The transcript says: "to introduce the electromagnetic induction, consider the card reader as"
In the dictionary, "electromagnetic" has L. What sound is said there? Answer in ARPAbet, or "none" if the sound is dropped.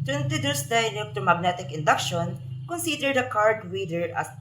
N